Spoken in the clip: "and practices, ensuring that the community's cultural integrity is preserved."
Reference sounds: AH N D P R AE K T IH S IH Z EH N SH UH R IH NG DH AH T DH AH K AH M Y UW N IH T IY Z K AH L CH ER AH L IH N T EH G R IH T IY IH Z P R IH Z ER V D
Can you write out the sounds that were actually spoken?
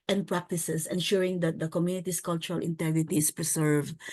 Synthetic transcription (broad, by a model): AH N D P R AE K T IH S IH S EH N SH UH R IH NG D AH T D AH K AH M Y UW N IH T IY S K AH L CH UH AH L IH N T EH G R IH T IY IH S P R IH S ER V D